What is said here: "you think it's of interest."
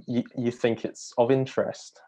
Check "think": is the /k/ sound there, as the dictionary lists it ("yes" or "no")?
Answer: yes